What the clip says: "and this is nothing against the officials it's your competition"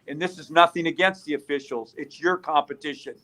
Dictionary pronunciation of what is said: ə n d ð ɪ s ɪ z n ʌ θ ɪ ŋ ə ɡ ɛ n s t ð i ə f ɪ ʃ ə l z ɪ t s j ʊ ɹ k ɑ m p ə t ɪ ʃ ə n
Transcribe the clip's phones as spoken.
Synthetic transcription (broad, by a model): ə n ð ɪ s ɪ z n ʌ θ ɪ ŋ ə ɡ ɛ n s t ð i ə f ɪ ʃ l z ɪ t s j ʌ ɹ k ɑ m p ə t ɪ ʃ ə n